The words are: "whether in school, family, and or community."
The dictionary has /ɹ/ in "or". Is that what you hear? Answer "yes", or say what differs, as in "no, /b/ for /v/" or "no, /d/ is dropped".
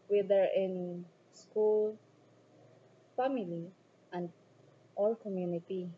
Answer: no, /l/ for /ɹ/